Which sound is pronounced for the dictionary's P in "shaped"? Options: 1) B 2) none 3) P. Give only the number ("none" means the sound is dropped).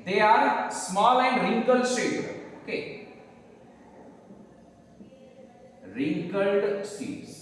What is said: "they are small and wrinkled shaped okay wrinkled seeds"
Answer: 2